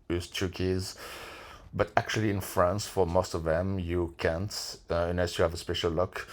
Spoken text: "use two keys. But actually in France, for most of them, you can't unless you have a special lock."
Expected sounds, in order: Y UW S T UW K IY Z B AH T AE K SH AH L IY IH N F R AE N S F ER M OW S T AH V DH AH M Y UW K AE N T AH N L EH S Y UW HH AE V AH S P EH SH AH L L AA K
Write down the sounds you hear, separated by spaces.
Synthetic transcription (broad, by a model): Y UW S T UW K IY Z B AH T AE K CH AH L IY IH N F R AE N S F ER M OW S T AH V DH AH M Y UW K AE N T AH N EH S Y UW HH AE V AH S P EH SH AH L L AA K